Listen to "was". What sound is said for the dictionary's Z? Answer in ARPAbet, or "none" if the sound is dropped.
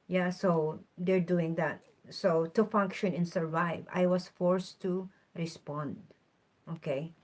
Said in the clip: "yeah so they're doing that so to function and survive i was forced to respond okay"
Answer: S